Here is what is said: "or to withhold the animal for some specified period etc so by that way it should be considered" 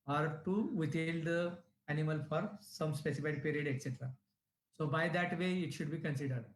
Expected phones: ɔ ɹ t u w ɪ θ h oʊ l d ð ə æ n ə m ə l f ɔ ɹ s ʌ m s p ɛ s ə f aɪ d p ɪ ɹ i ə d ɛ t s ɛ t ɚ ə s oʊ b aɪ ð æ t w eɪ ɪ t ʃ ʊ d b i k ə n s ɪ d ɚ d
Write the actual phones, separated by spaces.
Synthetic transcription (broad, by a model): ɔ ɹ t u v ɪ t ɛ l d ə æ n ə m ə l f ɔ ɹ s ʌ m s p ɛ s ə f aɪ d p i ɹ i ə d ɛ t s ɛ t ɚ ə s oʊ b aɪ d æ t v eɪ ɪ t ʃ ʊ d b i k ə n s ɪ d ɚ d